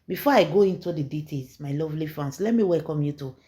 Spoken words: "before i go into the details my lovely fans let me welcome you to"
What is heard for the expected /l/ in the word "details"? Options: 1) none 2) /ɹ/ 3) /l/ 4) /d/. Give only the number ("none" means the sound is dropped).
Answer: 1